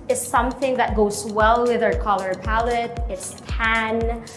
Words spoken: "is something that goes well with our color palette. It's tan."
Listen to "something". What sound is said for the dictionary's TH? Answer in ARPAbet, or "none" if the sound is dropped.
TH